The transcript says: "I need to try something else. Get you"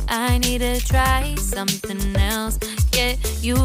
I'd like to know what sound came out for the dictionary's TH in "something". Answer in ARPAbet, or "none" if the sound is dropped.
TH